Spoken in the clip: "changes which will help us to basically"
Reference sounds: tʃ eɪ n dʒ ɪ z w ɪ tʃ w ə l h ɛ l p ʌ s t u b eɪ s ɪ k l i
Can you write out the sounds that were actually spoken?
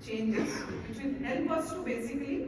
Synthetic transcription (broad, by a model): tʃ eɪ n dʒ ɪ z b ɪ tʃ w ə n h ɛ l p ʌ s t u b eɪ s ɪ k l i